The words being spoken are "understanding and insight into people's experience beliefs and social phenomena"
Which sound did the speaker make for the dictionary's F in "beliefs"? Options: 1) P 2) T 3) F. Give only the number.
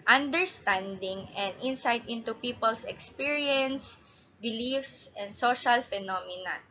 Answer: 3